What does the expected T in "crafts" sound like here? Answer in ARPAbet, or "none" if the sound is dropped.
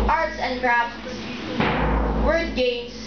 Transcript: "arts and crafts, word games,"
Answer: S